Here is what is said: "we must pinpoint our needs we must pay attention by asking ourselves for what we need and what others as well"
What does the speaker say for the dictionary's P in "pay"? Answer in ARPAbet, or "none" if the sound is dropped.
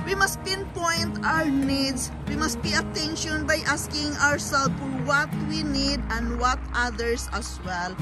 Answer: B